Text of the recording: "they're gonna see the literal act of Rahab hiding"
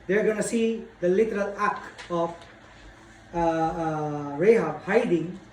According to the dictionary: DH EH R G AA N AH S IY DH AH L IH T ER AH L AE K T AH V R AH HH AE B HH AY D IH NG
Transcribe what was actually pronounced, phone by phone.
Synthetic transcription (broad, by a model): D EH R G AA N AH S IY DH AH L IH T ER AH L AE K AH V R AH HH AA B HH AY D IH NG